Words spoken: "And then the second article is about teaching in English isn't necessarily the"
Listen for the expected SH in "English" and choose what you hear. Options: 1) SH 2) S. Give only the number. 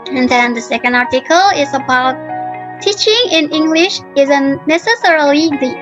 1